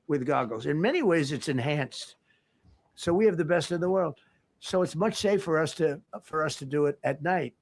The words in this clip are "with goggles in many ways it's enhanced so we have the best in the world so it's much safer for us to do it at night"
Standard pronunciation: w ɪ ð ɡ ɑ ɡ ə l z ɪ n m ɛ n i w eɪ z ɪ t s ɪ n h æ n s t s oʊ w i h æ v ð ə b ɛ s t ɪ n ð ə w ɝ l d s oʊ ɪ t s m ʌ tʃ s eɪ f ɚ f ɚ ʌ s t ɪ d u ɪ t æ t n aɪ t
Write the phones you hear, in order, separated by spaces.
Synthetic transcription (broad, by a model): w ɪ ð ɡ ɑ ɡ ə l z ɪ n m ɛ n i w eɪ z ɪ t s ɪ n h æ n s t s oʊ w i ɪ v ð ə b ɛ s t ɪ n ð ə w ɝ l d s oʊ ɪ t s m ʌ tʃ s eɪ f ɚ f ɚ ʌ s t ɪ d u ɪ t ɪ t n aɪ t